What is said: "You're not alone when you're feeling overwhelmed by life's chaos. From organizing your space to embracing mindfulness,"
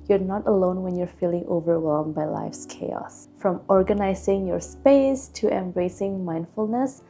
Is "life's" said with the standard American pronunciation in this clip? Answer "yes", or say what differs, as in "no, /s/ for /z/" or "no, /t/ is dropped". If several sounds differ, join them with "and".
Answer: yes